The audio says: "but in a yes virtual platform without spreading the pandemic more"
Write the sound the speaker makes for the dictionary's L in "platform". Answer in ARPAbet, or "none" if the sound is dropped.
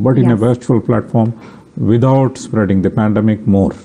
L